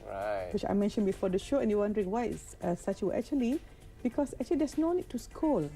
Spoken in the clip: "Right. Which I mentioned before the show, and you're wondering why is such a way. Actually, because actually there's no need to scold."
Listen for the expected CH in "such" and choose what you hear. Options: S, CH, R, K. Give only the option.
S